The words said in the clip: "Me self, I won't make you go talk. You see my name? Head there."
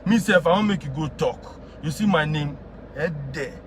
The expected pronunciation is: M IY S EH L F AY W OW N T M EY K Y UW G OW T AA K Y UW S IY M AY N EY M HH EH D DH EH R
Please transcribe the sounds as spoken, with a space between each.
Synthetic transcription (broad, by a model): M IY S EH F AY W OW M EY K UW G OW T AA K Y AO S IY M AY N EY M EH D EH